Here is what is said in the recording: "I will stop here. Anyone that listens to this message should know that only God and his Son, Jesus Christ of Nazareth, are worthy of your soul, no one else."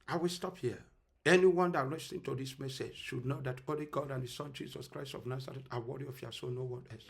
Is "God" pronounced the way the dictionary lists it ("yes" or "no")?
yes